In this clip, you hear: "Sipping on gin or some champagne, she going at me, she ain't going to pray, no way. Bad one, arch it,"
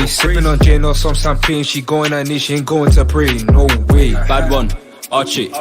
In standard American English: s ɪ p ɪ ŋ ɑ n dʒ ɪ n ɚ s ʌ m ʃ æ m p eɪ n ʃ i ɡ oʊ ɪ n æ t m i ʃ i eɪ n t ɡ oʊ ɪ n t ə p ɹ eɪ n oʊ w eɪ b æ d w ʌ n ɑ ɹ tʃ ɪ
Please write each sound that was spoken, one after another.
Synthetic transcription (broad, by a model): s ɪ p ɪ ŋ ɑ n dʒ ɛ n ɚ s ʌ m s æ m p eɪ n ʃ i ɡ oʊ ɪ n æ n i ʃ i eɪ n ɡ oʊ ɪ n t ə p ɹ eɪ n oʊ w eɪ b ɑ d w ʌ n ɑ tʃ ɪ